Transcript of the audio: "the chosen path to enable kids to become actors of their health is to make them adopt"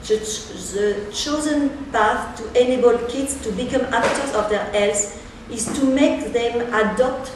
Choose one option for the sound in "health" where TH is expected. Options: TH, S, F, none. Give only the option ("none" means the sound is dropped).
S